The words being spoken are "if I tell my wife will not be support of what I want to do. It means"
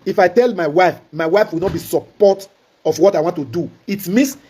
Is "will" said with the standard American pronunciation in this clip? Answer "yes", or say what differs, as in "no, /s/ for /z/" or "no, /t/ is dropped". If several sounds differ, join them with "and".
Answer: no, /w/ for /l/